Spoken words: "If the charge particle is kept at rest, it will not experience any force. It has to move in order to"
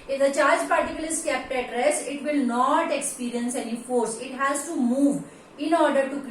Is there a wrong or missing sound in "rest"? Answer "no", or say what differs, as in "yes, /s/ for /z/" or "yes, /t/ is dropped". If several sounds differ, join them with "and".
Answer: yes, /t/ is dropped